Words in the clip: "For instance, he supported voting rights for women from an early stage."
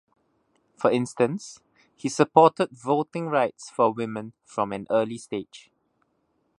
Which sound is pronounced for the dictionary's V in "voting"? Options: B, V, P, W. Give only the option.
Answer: V